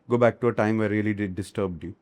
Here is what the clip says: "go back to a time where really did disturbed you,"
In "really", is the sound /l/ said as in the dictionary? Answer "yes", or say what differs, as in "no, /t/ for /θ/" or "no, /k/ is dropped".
no, /l/ is dropped